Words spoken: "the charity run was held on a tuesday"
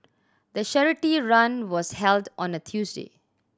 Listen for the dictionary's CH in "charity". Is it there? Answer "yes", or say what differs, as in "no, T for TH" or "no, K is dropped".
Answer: no, SH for CH